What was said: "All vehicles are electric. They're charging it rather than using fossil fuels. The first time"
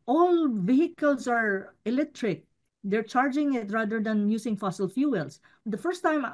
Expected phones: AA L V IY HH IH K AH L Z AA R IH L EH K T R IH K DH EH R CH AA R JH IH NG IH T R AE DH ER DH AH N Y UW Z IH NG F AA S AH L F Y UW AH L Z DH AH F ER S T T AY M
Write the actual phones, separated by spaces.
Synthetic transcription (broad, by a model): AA L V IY HH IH K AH L S AA R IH L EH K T R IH K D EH R CH AA R JH IH NG IH T R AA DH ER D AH N Y UW S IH NG F AA S AH L F Y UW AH L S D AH F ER S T T AY M